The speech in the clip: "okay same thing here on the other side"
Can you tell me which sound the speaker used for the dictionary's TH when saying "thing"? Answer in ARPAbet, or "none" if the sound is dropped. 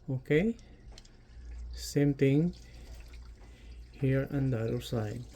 T